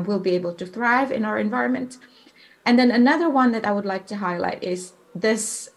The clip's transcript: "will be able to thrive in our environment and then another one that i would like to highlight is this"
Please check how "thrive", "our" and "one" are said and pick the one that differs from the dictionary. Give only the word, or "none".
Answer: none